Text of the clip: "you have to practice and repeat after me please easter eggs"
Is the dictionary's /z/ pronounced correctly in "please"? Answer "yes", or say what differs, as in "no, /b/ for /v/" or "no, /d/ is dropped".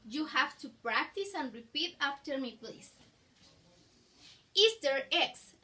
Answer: no, /s/ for /z/